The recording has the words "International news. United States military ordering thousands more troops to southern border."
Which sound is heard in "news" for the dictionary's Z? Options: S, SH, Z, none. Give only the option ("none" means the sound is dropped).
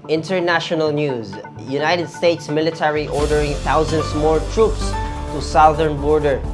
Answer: Z